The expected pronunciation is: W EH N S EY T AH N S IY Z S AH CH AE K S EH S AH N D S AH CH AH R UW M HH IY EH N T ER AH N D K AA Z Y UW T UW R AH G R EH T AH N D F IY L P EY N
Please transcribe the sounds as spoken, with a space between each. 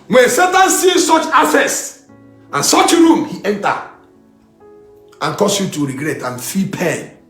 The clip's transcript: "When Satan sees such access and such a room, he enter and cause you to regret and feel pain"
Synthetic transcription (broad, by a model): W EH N S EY T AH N S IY S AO CH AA S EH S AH N S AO CH AH R UW M HH IY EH N T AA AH N K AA S Y UW T UW R AH G R EH T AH N F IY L P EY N